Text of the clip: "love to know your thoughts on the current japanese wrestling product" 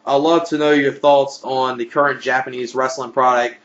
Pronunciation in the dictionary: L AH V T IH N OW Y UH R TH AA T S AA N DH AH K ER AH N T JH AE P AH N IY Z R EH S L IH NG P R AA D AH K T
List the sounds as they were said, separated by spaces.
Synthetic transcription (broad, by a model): L AH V T IH N OW Y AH R TH AA T S N DH AH K ER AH N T JH AE P AH N IY Z R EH S L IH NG P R AA D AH K T